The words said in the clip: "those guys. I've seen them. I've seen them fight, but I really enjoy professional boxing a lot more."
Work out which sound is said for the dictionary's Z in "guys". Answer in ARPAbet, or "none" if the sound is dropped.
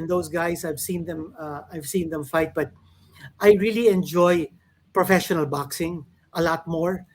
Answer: S